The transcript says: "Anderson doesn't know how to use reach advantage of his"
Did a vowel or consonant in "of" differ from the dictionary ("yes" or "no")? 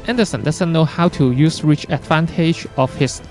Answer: yes